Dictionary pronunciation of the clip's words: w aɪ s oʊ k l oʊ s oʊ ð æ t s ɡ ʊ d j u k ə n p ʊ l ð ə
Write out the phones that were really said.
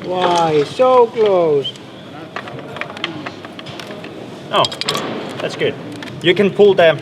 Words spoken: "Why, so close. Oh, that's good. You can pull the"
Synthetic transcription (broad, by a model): w aɪ s oʊ k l oʊ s oʊ ð æ t s ɡ ʊ d j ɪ k ə n p ʊ l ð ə